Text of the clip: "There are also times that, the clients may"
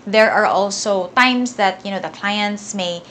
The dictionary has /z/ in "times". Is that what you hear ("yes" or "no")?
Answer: no